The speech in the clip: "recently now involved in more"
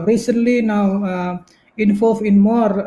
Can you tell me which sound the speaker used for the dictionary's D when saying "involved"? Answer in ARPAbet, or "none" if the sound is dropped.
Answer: none